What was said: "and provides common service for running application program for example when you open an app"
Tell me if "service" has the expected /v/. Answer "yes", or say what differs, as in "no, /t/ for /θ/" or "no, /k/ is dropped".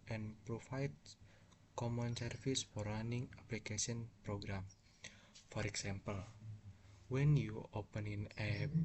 no, /f/ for /v/